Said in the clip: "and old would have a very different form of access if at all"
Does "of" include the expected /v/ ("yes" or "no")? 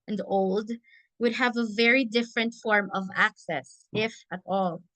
yes